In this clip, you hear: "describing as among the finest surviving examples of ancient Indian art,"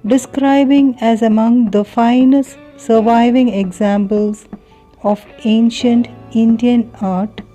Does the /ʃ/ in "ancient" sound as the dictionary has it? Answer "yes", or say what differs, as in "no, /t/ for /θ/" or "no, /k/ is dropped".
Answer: yes